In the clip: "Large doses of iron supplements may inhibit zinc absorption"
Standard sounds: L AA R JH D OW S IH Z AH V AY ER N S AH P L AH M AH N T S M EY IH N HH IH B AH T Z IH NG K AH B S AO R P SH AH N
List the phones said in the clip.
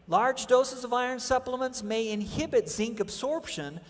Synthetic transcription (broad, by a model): L AA R JH D OW S IH Z AH V AY ER N S AH P L AH M AH N T S M EY IH N HH IH B AH T Z IH NG K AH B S AO R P SH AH N